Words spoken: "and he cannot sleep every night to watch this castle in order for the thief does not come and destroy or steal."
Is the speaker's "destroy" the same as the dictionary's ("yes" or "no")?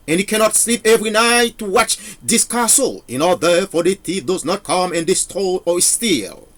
no